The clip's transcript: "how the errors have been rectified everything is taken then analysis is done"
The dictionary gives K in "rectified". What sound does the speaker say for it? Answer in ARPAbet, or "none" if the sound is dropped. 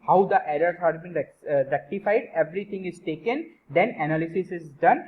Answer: K